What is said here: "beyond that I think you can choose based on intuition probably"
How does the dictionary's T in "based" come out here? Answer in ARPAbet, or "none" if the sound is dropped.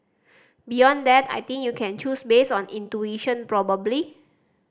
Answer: none